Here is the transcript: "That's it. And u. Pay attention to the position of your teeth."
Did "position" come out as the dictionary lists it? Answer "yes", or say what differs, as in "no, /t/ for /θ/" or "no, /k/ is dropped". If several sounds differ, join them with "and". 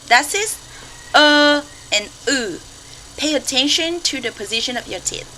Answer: yes